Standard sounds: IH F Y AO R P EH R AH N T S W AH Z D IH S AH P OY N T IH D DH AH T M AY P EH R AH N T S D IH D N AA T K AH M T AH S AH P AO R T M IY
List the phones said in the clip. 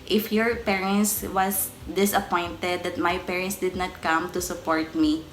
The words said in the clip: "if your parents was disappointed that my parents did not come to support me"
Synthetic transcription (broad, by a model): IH F Y AO R P EH R AH N T S W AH S D IH S AH P OY N T IH D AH T M AY P EH R AH N T S D IH D N AA T K AH M T AH S AH P AO R T M IY